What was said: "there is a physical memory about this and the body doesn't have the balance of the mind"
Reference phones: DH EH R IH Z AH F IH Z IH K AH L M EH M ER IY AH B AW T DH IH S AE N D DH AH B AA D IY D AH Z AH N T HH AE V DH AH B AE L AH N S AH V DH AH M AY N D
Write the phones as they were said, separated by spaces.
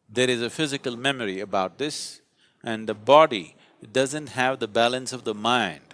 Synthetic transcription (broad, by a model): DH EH R IH Z AH F IH Z IH K AH L M EH M ER IY AH B AW T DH IH S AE N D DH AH B AA D IY D AH Z AH N T HH AE V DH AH B AE L AH N S AH V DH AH M AY N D